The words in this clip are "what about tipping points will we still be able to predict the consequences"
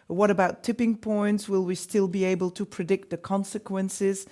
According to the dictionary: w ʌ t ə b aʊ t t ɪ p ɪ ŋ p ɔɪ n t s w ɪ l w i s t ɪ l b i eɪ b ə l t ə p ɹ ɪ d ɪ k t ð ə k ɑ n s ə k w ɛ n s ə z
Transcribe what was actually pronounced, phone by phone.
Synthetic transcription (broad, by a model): w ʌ t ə b aʊ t t ɪ p ɪ ŋ p ɔɪ n t s w ɪ l w i s t ɪ l b i eɪ b ə l t ə p ɹ ɪ d ɪ k t ð ə k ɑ n s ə k w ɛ n s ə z